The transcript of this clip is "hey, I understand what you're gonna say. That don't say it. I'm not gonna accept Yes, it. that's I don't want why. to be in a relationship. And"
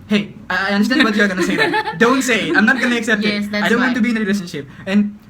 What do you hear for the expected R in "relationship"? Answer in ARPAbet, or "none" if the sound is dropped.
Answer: R